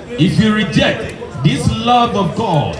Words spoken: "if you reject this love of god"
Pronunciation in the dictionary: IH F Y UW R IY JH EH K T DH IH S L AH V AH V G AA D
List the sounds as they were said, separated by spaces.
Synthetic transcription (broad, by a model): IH F Y UW R IY JH EH K T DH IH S L AH V AH V G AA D